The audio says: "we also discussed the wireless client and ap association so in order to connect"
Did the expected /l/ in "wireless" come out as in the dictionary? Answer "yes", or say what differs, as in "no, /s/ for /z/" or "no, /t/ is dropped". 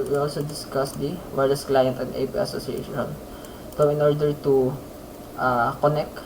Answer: no, /l/ is dropped